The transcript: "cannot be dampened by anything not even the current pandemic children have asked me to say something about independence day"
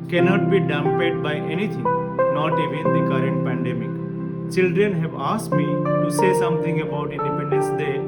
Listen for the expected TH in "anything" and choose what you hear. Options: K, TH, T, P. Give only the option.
T